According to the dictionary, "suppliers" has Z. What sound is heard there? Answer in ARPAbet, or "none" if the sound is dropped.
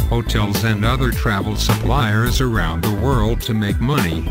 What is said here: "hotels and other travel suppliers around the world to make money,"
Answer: Z